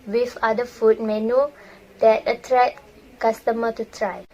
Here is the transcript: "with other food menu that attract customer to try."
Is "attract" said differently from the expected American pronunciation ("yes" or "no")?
yes